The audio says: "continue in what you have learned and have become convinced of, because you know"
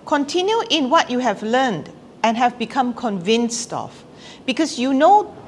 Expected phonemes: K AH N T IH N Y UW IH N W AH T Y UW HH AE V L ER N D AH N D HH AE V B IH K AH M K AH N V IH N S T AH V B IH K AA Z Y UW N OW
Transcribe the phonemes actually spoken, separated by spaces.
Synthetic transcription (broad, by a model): K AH N T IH N Y UW IH N W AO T Y UW HH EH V L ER N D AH N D HH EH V B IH K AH M K AH N V IH N S T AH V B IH K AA S Y UW N OW